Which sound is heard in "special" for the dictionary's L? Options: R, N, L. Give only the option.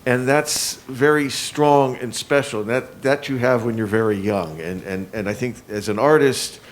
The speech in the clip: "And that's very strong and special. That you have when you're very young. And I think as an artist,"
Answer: N